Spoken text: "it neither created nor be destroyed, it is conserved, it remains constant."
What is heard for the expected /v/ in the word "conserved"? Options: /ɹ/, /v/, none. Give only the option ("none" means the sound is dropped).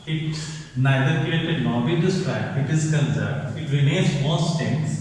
none